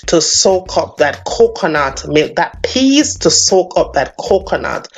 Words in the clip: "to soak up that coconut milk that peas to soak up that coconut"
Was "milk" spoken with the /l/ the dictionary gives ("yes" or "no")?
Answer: no